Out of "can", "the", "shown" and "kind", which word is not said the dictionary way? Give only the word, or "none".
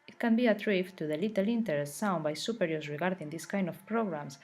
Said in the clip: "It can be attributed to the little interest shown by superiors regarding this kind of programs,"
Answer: shown